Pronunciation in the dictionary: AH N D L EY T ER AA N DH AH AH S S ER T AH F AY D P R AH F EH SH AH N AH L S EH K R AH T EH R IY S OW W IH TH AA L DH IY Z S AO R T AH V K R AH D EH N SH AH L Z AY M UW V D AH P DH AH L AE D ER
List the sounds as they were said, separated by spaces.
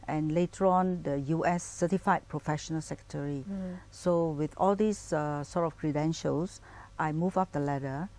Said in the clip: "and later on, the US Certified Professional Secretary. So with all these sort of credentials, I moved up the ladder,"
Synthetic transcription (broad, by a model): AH N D L EY T ER AA N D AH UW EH S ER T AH F AY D P R AH F EH SH AH N AH L S EH K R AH T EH R IY S OW W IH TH AA L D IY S S AO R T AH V K R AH D EH N SH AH L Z AY M UW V AA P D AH L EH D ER